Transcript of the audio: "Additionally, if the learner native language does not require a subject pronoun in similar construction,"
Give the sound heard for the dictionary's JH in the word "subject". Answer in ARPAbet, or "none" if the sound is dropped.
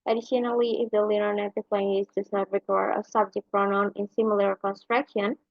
JH